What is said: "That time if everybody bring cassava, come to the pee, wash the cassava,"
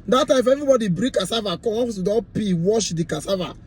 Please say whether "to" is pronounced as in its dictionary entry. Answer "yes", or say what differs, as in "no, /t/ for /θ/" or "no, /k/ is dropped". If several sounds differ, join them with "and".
no, /s/ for /t/